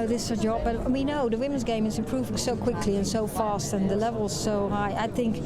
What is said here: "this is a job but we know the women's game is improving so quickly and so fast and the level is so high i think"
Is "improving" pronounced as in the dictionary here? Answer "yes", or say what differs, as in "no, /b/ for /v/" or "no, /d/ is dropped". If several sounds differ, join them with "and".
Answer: no, /m/ is dropped